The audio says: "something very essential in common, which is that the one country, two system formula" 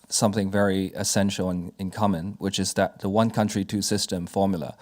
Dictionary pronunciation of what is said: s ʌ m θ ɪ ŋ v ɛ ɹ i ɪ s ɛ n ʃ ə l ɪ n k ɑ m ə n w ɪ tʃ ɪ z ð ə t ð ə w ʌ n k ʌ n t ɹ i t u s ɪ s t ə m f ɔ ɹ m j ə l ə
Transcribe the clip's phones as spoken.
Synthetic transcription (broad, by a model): s ʌ m θ ɪ ŋ v ɛ ɹ i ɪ s ɛ n ʃ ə n ɪ n k ɑ m ə n w ɪ tʃ ɪ z ð ə t ð ə w ʌ n k ʌ n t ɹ i t u s ɪ s t ə m f ɔ ɹ m j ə l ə